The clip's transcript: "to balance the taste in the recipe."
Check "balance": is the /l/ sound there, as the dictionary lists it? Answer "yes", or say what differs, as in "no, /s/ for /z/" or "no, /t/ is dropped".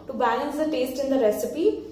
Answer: no, /n/ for /l/